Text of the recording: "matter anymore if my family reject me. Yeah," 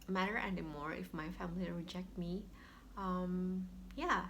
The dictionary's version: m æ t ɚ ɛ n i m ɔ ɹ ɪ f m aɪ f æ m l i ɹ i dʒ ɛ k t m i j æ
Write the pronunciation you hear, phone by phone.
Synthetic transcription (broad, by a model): m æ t ɚ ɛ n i m ɔ ɹ ɪ f m aɪ f æ m l i ɹ i dʒ ɛ k t m i j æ